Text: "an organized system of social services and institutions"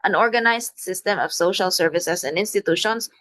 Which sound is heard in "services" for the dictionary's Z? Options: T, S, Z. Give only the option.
S